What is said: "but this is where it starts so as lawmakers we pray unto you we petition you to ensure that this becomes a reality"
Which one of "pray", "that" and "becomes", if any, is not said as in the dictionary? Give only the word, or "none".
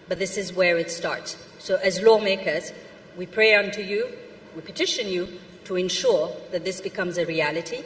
none